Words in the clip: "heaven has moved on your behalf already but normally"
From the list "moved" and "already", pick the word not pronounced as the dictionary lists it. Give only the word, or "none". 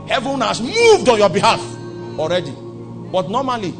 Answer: none